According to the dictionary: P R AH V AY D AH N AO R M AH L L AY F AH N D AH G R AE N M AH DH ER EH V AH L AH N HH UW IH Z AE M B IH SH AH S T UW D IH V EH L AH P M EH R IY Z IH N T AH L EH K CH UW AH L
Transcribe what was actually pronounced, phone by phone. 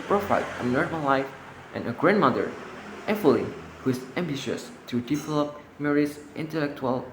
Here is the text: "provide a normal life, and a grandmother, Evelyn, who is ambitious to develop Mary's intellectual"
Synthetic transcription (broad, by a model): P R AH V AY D AH N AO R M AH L L AY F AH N AH G R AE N M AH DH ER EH F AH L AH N HH UW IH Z AE M B IH SH AH S T UW D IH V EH L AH P M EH R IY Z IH N T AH L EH K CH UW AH L